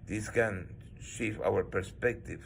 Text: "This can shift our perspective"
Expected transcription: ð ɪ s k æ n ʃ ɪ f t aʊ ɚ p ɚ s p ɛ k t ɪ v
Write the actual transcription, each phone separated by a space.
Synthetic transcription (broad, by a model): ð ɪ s k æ n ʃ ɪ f aʊ ɚ p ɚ s p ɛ k t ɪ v